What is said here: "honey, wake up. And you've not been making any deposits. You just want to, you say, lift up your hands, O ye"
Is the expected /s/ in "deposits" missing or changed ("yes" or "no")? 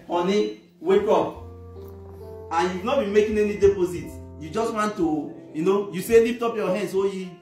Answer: yes